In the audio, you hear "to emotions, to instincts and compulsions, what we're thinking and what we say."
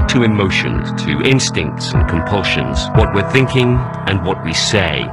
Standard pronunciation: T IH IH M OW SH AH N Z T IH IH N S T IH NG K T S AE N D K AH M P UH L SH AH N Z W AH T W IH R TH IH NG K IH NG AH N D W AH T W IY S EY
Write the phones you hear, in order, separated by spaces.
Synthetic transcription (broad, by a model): T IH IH M OW SH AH N T IH IH N S T IH NG K T S N K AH M P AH L SH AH N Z W AH T W IH R TH IH NG K IH NG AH N W AH T W IY S EY